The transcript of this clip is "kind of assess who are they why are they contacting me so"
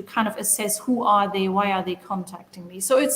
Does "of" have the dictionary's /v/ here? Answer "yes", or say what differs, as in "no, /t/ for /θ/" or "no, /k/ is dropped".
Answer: yes